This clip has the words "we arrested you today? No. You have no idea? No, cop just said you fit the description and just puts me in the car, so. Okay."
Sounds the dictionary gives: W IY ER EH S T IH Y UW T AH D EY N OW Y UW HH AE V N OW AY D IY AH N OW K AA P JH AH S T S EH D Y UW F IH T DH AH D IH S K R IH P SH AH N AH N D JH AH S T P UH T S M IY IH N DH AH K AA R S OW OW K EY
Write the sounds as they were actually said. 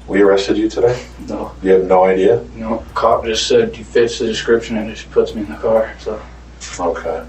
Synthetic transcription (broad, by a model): W IY ER EH S T IH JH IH T AH D EY N OW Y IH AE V N OW AY D IY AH N OW K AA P JH AH S T S EH D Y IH F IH T DH AH D IH S K R IH P SH AH N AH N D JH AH S P UH T S M IY IH N DH AH K AA R S OW OW K EY